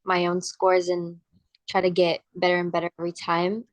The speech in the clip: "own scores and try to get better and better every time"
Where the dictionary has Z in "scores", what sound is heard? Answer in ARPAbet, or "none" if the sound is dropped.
Z